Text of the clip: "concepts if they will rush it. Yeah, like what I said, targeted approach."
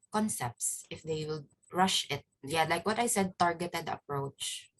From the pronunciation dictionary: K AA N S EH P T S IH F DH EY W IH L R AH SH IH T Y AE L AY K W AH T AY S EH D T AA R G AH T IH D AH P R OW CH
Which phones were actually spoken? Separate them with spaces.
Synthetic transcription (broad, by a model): K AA N S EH P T S IH F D EY W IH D R AH SH IH T Y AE L AY K W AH T AY S EH D T AA R G AH T IH D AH P R OW CH